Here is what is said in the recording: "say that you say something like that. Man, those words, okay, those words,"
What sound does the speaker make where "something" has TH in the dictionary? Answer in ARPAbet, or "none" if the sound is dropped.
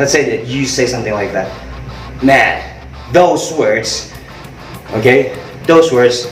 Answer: TH